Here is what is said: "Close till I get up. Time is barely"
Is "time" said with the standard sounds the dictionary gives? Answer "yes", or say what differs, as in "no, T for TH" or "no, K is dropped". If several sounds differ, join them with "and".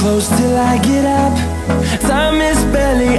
no, S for T